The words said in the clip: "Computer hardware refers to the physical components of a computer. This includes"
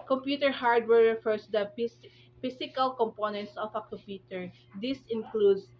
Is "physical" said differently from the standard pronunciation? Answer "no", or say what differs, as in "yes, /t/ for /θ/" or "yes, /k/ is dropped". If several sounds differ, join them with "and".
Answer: yes, /s/ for /z/